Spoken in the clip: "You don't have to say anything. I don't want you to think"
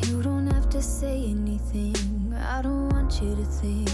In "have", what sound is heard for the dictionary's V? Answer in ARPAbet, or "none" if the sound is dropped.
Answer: F